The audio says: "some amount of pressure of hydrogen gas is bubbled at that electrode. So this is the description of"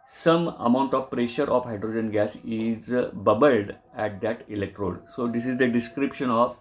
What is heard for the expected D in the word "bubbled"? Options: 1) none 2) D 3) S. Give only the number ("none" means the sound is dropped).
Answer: 2